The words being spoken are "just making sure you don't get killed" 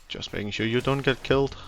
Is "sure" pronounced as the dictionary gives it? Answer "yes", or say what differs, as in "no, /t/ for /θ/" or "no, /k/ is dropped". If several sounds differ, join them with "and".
yes